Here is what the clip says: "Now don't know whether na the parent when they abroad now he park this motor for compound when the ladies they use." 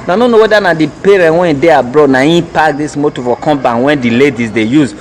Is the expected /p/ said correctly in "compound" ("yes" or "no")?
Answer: no